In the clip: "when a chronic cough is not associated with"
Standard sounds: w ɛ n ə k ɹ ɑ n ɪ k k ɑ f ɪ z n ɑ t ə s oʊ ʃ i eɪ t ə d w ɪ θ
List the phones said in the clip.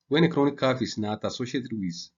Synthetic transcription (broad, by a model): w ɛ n ə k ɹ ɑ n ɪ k k ɑ f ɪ s n ɑ t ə s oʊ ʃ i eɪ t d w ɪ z